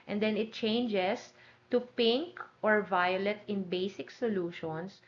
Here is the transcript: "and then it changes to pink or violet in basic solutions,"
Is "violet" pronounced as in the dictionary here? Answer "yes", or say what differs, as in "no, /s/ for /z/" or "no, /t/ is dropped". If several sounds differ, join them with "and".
yes